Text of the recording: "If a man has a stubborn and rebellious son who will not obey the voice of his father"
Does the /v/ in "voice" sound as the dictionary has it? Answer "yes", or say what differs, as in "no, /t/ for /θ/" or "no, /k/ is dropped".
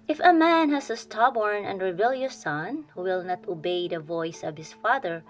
yes